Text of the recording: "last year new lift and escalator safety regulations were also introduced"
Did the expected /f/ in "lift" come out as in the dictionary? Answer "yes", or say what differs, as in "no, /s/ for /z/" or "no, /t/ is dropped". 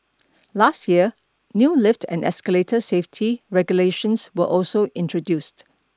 yes